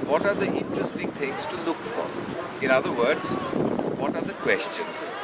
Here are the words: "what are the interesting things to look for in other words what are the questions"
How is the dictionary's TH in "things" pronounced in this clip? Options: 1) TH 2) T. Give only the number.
2